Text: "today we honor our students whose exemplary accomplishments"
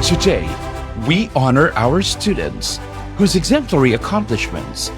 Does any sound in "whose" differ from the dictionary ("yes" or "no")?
no